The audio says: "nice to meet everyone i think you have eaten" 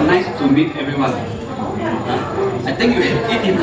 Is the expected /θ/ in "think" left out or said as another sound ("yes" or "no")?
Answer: yes